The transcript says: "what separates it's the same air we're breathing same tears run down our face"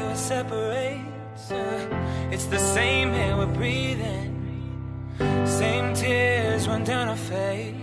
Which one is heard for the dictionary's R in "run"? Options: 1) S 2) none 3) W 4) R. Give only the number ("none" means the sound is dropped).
3